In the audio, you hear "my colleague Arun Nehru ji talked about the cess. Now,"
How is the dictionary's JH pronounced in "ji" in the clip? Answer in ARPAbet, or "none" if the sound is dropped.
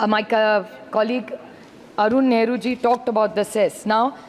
JH